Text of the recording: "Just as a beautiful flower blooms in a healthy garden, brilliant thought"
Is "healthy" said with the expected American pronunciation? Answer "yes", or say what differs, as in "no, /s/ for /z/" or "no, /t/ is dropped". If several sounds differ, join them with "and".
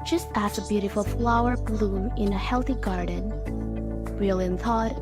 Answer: yes